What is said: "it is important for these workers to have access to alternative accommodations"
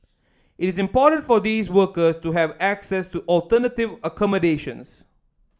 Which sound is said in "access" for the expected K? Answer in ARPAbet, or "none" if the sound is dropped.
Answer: K